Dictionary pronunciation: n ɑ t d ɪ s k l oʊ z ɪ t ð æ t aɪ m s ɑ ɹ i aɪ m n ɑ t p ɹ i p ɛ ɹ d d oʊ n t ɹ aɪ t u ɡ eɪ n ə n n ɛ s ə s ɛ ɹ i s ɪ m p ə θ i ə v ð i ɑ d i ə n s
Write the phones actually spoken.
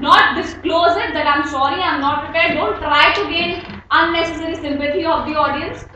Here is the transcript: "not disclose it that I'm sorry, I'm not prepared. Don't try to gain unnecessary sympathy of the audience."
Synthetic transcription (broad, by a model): n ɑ t d ɪ s k l oʊ z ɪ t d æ t aɪ m s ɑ ɹ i aɪ m n ɑ t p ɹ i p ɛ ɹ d d oʊ n t ɹ aɪ t u ɡ eɪ n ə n n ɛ s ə s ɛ ɹ i s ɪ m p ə t i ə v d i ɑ d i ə n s